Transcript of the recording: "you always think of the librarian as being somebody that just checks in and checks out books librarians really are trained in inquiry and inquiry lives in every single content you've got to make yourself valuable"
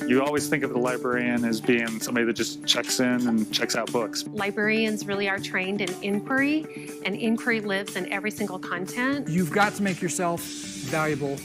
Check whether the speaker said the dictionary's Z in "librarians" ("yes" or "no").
yes